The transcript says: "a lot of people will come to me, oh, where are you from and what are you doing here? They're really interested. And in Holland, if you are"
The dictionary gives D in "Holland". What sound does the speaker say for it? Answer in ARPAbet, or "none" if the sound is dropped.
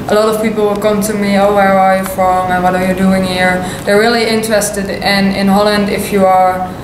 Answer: D